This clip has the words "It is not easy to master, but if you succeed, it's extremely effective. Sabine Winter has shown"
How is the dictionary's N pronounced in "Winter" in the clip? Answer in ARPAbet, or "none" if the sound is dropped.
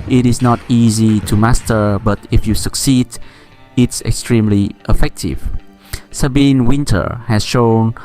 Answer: N